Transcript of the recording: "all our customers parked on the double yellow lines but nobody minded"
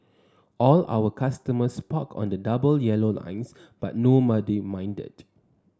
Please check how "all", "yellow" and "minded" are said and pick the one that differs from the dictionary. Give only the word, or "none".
none